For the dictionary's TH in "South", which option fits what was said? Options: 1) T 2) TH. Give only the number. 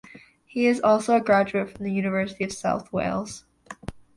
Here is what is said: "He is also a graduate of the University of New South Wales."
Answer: 2